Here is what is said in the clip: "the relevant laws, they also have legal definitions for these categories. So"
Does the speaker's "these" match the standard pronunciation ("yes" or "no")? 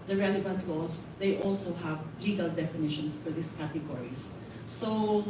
no